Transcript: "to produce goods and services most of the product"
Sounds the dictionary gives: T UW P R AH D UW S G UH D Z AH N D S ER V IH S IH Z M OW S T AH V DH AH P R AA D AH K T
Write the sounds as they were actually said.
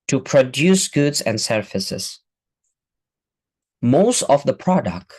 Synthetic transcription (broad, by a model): T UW P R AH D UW S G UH D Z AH N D S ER F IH S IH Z M OW S T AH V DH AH P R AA D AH K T